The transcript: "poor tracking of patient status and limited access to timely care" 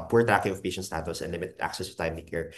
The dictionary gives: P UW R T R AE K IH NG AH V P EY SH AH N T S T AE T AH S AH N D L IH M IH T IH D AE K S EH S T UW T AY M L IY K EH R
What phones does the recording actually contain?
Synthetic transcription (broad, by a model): P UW R T AE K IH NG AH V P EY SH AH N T S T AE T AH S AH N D L IH M IH T IH D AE K S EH S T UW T AY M N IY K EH R